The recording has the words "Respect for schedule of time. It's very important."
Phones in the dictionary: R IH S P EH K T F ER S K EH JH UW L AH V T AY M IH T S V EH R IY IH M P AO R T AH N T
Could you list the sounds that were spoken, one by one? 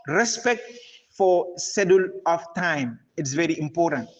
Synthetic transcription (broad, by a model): R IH S P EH K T F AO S EH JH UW L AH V T AY M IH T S V EH R IY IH M P AO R T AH N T